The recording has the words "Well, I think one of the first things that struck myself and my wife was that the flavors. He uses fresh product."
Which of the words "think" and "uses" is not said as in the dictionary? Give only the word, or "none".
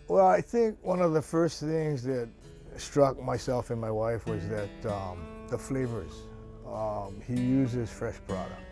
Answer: none